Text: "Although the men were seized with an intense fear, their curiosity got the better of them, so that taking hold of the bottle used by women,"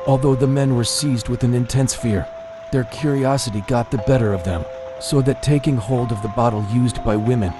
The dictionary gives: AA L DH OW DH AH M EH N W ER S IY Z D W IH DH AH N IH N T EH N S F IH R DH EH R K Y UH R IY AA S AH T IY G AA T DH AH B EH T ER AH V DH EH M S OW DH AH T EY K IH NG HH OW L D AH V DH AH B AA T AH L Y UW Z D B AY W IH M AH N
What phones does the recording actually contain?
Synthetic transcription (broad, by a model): AA L DH OW DH AH M EH N W ER S IY Z D W IH DH AH N IH N T EH N S F IH R DH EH R K Y UH R IY AA S AH T IY G AA T DH AH B EH T ER AH V DH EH M S OW DH AH T EY K IH NG HH OW L D AH V DH AH B AA T L Y UW Z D B AY W IH M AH N